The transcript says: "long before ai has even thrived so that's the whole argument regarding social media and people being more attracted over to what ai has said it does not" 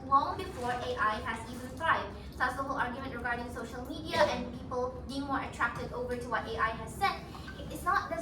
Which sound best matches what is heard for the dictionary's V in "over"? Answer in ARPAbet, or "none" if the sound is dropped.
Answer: V